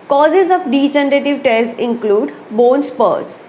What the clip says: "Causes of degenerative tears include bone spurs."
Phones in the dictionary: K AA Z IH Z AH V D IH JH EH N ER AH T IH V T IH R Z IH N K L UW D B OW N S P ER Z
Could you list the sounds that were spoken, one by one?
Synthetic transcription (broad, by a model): K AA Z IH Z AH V D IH CH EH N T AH T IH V T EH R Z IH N K L UW D B OW N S P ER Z